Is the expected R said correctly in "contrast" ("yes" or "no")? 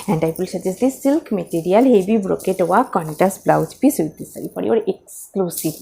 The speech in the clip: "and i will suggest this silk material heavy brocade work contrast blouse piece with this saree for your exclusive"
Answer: no